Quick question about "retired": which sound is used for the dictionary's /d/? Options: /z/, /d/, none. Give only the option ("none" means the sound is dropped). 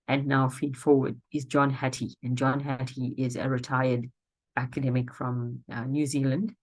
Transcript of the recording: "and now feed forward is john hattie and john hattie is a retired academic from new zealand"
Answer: /d/